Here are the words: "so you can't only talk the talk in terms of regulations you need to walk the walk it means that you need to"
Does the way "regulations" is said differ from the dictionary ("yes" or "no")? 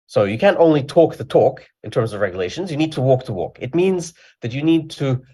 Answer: no